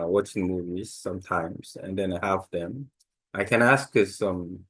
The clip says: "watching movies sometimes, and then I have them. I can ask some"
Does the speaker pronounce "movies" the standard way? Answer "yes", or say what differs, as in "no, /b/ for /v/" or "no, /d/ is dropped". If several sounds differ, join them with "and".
yes